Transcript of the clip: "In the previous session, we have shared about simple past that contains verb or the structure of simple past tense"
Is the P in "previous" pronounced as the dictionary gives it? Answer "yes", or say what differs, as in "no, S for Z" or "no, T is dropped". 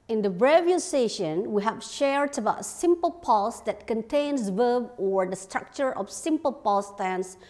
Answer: no, B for P